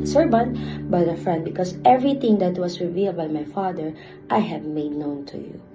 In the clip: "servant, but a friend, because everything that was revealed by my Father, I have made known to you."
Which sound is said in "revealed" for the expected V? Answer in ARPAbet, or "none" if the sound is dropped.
V